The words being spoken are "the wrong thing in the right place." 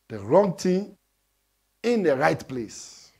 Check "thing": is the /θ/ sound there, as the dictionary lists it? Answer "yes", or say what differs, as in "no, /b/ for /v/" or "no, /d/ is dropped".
no, /t/ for /θ/